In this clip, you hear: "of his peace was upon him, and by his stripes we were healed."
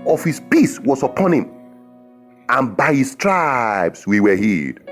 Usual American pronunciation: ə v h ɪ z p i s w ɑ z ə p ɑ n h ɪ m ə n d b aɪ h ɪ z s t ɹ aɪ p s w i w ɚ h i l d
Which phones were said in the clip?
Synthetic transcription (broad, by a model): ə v h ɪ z p i s w ɑ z ə p ɑ n h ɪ m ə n b aɪ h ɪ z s t ɹ aɪ b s w i w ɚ h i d